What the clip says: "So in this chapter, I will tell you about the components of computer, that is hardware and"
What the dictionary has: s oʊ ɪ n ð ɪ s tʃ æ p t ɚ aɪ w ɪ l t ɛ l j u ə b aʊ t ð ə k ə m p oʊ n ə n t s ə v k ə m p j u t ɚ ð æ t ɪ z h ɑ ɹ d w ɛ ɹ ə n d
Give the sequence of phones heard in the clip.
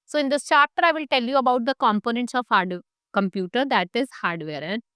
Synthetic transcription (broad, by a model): s oʊ ɪ n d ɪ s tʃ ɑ t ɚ aɪ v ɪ l t ɛ l j u ə b aʊ t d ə k ə m p oʊ n ə n t s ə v k ə m p j u t ɚ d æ t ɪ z h ɑ ɹ d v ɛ ɹ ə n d